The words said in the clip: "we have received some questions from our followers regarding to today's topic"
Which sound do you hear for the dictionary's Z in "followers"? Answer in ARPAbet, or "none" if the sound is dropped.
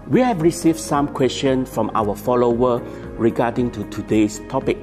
none